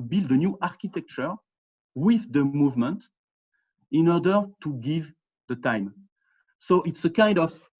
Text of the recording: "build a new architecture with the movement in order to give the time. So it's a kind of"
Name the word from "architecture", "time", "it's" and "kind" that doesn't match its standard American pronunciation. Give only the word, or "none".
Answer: none